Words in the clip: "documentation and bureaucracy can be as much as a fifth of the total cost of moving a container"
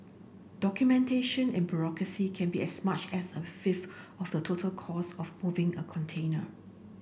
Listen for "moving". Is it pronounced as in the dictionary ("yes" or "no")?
yes